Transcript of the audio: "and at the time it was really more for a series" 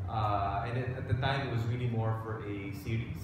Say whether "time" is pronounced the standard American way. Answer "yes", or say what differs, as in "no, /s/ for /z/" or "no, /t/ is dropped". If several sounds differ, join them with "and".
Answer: yes